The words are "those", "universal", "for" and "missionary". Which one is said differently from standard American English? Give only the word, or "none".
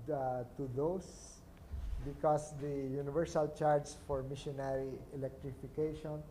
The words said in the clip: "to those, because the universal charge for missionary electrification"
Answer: those